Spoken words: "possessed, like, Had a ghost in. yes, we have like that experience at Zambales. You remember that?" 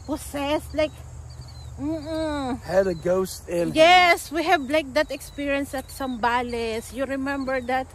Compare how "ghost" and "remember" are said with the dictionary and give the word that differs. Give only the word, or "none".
none